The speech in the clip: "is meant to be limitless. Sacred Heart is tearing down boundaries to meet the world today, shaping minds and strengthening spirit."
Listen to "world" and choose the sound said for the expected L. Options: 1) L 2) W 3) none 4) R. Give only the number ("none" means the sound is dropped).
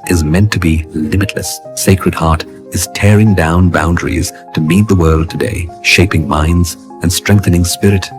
1